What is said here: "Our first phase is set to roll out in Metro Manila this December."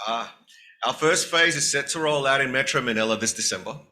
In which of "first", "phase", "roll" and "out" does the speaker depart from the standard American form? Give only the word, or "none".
none